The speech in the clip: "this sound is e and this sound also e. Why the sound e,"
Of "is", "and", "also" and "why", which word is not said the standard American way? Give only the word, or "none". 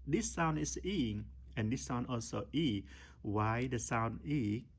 is